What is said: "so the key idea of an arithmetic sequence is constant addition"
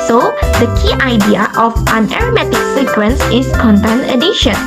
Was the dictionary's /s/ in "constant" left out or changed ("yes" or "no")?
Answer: yes